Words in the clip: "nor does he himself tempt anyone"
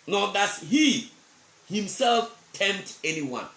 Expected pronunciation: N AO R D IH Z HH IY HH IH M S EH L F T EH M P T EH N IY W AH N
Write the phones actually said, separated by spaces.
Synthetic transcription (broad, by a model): N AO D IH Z HH IY HH IH M S EH L F T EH M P T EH N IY W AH N